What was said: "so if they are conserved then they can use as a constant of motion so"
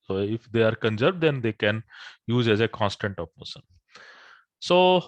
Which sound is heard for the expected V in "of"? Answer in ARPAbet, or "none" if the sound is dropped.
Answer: P